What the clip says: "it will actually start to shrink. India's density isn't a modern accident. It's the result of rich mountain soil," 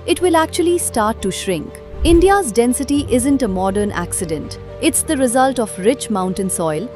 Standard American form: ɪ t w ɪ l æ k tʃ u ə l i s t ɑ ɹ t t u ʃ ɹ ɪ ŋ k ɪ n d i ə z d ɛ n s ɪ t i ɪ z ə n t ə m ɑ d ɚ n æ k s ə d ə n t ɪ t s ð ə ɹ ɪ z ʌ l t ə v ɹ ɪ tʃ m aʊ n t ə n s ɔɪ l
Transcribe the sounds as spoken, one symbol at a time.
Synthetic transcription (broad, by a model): ɪ t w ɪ l æ k tʃ u ə l i s t ɑ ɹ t t u ʃ ɹ ɪ ŋ k ɪ n d i ə z d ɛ n s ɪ t i ɪ z ə n t ə m ɑ d ɚ n æ k s ə d ə n t ɪ t s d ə ɹ ɪ z ʌ l t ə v ɹ ɪ tʃ m aʊ n t ə n s ɔɪ l